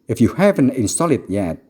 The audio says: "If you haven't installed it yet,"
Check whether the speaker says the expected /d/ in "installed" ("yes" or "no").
no